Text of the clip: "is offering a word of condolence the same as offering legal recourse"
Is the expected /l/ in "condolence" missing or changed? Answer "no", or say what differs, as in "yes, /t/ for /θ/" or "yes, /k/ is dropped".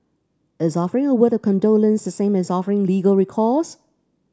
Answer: no